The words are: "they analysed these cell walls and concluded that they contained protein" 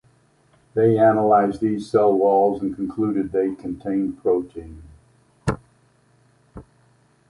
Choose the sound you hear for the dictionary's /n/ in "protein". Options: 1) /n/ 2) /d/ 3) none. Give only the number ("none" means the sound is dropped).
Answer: 1